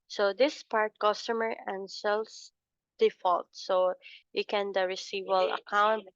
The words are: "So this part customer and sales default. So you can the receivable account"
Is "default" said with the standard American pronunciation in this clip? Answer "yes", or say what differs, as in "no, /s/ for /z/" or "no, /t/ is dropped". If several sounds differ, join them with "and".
yes